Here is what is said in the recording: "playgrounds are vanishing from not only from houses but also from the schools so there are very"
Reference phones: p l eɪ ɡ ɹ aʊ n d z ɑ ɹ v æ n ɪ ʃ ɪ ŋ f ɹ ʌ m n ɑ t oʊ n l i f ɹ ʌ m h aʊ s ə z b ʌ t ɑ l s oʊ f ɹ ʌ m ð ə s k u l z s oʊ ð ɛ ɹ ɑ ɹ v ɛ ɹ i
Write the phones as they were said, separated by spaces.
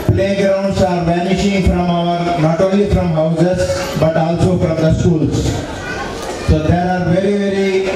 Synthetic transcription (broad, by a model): p l eɪ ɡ ɹ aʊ n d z ɑ ɹ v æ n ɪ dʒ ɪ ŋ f ɹ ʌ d n ɑ t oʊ l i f ɹ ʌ m h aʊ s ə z b ʌ t ɑ l s oʊ f ɹ ʌ m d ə s k u l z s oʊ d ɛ ɹ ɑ ɹ v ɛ ɹ i